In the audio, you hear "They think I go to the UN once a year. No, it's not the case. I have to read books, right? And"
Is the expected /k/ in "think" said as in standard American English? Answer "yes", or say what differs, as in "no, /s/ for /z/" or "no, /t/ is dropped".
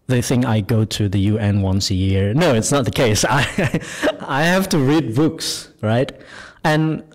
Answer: no, /k/ is dropped